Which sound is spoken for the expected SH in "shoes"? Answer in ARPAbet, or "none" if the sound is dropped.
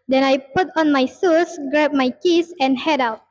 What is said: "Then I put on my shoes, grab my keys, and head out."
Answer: S